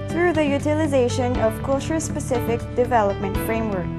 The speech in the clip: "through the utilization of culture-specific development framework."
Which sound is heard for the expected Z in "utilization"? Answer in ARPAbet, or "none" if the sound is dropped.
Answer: Z